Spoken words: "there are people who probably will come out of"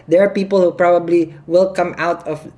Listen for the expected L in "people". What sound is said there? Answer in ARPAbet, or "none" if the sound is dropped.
L